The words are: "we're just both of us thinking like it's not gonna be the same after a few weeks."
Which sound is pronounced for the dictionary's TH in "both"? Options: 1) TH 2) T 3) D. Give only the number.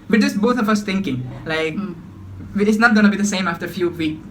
2